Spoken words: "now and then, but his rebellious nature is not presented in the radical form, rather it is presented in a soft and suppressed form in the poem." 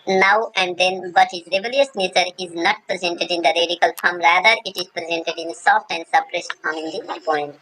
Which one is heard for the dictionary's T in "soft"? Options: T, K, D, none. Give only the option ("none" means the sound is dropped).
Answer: T